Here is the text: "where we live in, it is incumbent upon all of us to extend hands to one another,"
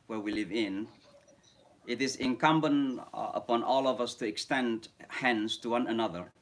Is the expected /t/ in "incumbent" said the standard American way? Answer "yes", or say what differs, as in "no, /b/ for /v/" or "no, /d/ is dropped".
no, /t/ is dropped